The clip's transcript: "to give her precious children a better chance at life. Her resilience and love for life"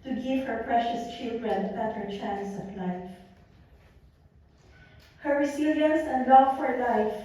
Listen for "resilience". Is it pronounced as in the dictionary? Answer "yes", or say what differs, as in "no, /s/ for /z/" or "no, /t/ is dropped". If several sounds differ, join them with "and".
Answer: no, /s/ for /z/